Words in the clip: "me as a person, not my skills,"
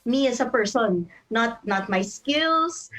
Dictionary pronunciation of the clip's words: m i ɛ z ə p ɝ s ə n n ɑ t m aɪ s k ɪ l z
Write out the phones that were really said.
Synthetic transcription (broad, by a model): m i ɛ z ə p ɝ s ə n n ɑ t m aɪ s k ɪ l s